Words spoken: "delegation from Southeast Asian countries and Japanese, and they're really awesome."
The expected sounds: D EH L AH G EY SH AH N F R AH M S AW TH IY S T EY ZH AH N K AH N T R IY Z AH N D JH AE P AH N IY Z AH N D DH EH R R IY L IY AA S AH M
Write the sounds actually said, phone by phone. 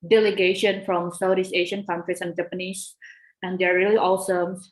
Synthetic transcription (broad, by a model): D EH L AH G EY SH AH N F R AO M S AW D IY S EY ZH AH N K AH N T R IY S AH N JH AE P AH N IY S AH N D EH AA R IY L IY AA S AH M